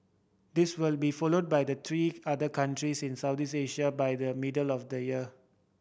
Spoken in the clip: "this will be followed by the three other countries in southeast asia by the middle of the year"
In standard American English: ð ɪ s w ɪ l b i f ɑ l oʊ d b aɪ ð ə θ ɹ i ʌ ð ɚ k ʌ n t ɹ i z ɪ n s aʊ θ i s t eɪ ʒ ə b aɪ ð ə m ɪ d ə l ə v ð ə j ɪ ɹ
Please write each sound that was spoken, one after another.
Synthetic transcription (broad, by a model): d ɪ s w ɪ l b i f ɑ l oʊ d b aɪ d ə t ɹ i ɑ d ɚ k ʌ n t ɹ i s ɪ n s aʊ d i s eɪ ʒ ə b aɪ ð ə m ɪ d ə l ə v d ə j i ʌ